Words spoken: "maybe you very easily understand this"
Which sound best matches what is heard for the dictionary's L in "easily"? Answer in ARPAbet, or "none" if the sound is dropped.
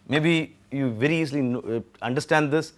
N